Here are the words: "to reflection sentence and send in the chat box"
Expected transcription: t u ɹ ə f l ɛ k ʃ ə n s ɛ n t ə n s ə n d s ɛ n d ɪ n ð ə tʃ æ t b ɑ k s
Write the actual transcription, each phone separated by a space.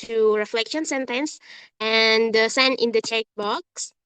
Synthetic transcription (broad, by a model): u ɹ ə f l ɛ k ʃ ə n s ɛ n t ə n s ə n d s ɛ n ɪ n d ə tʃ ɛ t b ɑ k s